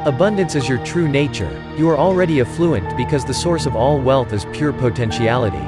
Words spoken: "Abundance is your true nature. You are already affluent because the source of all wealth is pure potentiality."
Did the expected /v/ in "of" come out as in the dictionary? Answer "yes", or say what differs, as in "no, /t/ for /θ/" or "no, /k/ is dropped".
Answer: yes